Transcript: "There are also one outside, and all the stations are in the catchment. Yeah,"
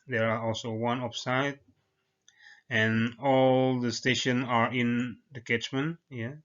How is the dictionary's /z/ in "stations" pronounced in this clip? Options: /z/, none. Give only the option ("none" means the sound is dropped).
none